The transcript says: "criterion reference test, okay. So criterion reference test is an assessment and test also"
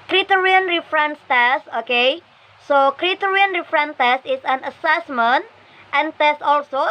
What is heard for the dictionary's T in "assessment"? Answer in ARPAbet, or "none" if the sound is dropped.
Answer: T